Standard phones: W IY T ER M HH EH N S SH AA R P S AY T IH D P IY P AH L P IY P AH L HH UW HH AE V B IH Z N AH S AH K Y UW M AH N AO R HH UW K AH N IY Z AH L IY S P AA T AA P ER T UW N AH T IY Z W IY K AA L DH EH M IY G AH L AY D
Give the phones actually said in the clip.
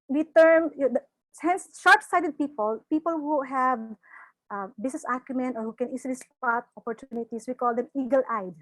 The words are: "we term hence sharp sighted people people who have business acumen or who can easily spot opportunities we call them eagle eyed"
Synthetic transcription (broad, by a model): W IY T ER M HH EH N S SH AA R P S AY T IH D P IY P AH L P IY P AH L HH UW HH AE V B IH S N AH S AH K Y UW M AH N AO R HH UW K AH N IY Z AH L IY S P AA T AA P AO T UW N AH T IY S W IY K AA L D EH M IY G AH L AY D